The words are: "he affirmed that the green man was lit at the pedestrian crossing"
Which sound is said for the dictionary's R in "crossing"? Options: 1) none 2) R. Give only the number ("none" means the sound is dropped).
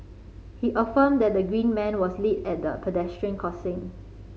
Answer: 1